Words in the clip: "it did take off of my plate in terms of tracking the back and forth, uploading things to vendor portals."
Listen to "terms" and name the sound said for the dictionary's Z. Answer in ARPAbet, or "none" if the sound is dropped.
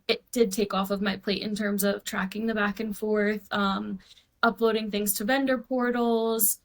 Z